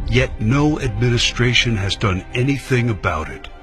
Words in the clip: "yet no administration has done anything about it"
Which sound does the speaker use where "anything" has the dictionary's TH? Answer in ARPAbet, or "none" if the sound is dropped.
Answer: TH